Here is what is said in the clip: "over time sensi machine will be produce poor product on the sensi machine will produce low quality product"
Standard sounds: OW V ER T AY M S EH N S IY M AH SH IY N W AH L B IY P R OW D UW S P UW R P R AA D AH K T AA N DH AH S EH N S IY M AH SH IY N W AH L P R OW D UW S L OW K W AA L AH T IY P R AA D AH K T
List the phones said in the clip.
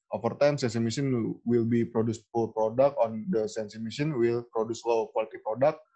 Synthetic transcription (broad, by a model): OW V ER T AY M S EH N S IY M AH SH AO N W AH L B IY P R OW D UW S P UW L P R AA D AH K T AA N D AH S EH N S IY M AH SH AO N W AH L P R OW D UW S L OW K W AA L AH T IY P R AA D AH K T